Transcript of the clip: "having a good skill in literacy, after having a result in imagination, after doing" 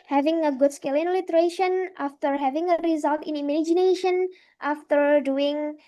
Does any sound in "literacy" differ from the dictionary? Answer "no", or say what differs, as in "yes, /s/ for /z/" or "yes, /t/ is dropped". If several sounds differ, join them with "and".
yes, /ʃ/ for /s/